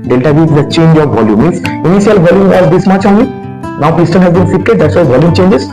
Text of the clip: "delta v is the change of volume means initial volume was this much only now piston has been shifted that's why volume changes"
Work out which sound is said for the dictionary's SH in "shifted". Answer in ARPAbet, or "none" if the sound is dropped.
S